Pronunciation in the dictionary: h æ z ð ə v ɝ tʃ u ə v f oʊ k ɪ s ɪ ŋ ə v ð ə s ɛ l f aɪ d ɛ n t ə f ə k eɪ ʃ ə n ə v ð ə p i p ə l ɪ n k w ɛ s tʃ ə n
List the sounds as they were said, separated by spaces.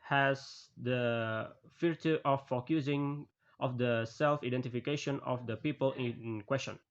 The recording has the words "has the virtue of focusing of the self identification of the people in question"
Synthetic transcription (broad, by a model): h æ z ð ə f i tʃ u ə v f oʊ k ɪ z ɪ ŋ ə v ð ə s ɛ l f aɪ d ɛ n t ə f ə k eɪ ʃ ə n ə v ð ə p i p ə l ɪ n k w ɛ s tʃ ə n